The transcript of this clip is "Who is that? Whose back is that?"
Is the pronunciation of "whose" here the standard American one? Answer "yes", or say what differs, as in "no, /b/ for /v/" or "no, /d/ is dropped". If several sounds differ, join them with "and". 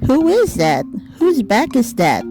yes